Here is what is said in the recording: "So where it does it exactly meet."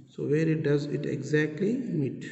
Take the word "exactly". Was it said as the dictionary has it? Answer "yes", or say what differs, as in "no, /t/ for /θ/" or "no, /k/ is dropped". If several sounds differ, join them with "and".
yes